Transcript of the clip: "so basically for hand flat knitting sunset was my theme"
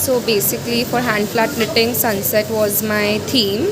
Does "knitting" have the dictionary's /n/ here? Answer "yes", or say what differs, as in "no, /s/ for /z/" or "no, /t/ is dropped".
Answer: no, /l/ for /n/